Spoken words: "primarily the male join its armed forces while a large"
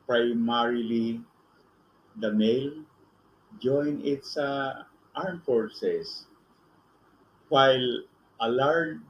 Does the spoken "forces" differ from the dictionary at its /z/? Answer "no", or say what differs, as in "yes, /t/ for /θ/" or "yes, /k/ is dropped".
yes, /s/ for /z/